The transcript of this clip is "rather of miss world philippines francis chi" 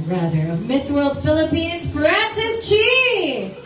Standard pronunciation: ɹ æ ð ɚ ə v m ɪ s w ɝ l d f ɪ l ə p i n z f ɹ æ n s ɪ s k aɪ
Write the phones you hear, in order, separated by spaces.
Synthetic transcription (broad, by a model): ɹ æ ð ɚ ə v m ɪ s w ɝ l d f ɪ l ə p i n z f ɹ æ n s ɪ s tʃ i